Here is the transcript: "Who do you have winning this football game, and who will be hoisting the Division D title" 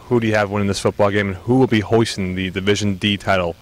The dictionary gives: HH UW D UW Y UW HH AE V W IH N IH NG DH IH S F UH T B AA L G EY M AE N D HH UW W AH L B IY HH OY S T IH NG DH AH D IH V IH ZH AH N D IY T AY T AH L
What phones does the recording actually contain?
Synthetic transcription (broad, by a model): HH UW D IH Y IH V W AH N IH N DH IH S F UH T B AA L G EY M N HH UW W AH L B IY HH OY S T IH NG DH AH D IH V IH ZH AH N D IY T AY T L